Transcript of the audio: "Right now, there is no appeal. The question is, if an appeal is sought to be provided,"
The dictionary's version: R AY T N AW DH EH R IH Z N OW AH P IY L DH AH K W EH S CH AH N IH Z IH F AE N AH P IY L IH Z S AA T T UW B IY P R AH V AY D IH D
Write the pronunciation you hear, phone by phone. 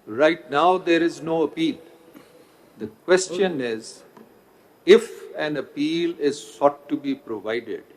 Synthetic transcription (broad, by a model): R AY T N AW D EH R IH Z N OW AH P IY L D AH K W EH S CH AH N IH Z IH F AE N AH P IY L IH Z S AA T T UW B IY P R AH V AY D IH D